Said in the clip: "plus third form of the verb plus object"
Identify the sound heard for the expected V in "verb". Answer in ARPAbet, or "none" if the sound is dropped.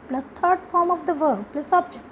V